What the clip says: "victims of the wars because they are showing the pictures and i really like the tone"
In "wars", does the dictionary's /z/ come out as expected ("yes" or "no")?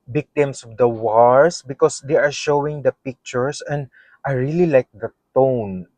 no